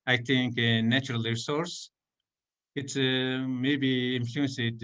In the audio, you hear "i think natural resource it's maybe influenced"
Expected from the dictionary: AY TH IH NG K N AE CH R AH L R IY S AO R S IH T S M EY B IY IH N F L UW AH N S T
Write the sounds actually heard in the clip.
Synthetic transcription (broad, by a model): AY T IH NG K N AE CH R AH L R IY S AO R S IH T S M EY B IY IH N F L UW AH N S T